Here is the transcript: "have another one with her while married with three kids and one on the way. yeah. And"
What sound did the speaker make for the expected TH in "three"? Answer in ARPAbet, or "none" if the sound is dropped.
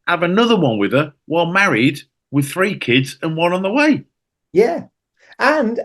TH